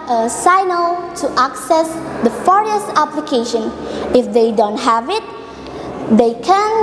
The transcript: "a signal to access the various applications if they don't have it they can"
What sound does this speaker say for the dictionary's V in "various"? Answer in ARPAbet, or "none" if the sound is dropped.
F